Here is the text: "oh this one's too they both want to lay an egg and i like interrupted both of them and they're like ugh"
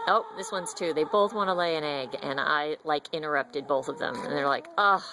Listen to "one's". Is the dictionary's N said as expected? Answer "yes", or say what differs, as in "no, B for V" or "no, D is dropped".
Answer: yes